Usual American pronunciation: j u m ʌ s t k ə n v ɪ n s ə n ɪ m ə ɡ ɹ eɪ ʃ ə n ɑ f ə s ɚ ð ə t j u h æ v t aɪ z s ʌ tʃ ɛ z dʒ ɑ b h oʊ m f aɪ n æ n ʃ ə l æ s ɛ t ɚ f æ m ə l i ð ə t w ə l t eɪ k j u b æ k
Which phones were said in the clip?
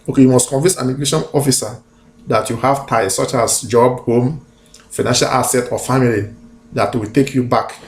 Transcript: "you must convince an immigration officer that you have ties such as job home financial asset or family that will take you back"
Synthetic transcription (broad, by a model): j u m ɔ s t k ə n v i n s ə n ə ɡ l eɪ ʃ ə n ɑ f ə s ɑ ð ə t j u h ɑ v t aɪ s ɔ tʃ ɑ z dʒ ɑ b h oʊ m f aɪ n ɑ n ʃ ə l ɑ s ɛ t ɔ f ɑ m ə l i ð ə t w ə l t eɪ k j u b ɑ k